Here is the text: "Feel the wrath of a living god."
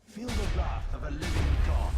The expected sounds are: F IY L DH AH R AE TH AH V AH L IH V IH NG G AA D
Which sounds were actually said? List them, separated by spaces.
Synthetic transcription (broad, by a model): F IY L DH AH L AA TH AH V AH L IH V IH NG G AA